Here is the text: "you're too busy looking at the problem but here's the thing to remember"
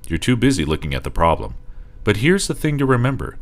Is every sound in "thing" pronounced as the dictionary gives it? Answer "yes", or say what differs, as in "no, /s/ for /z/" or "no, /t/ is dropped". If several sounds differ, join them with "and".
yes